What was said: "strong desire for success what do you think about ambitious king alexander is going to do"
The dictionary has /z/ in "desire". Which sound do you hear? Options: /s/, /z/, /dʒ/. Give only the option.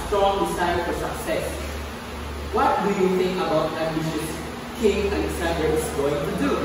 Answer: /s/